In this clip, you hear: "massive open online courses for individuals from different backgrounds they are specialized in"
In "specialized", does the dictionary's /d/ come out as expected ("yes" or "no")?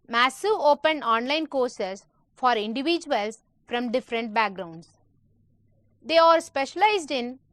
yes